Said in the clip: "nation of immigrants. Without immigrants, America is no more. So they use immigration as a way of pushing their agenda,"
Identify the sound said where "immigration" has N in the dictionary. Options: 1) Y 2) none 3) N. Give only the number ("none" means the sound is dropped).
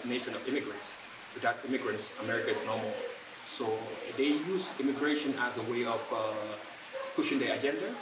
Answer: 3